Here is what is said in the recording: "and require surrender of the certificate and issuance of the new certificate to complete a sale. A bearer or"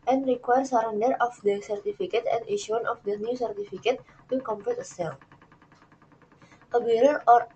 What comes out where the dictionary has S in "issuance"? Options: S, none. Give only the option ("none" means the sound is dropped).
none